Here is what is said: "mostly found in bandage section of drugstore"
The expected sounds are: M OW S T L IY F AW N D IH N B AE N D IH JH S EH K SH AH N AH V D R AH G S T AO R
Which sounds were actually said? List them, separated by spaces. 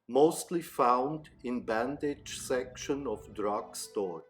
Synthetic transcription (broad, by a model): M OW S T L IY F AW N D IH N B AE N D IH JH S EH K SH AH N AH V D R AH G S T AO R